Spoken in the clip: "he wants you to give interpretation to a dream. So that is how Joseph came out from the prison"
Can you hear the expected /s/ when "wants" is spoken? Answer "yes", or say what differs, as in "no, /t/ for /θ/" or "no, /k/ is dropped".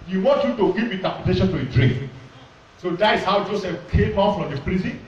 no, /s/ is dropped